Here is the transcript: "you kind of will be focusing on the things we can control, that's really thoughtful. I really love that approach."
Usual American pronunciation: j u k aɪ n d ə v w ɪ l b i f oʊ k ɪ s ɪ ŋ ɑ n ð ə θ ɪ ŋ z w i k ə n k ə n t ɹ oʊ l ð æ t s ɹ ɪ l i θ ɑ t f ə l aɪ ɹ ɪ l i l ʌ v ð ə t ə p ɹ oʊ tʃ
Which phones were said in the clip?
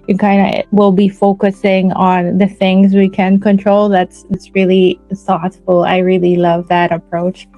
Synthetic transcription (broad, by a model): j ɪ k aɪ n d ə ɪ w ɪ l b i f oʊ k ɪ s ɪ ŋ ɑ n ð ə θ ɪ ŋ z w i k ə n k ə n t ɹ oʊ l ð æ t s ɹ ɪ l i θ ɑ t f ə l aɪ ɹ ɪ l i l ʌ v ð ə t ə p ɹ oʊ tʃ